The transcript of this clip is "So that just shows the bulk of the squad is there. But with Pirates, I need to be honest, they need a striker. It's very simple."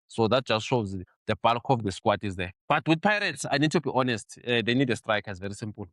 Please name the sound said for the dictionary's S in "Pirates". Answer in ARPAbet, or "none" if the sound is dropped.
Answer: S